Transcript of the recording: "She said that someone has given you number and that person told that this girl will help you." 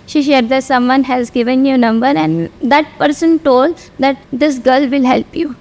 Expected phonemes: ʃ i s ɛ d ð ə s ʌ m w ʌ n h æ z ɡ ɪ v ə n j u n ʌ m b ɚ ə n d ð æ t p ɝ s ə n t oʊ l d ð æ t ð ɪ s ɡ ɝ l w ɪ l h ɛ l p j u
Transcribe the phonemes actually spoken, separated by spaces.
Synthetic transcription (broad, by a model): ʃ i ʃ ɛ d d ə s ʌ m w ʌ n h æ z ɡ ɪ v ə n j u n ʌ m b ɚ ə n d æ t p ɝ s ə n t oʊ l d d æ t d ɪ s ɡ ɝ l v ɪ l h ɛ l p j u